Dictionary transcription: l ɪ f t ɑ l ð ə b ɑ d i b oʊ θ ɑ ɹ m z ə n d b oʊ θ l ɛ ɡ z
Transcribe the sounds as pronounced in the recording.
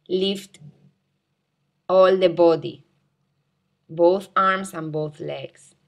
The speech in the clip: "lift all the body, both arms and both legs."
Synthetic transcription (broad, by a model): l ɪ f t ɑ l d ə b ɑ d i b oʊ θ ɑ ɹ m s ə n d b oʊ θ l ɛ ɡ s